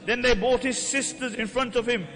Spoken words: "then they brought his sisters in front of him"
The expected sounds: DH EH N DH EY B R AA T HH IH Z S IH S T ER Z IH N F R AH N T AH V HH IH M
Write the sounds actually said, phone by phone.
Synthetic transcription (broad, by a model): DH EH N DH EY B AA T HH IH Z S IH S T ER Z IH N F R AH N T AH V HH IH M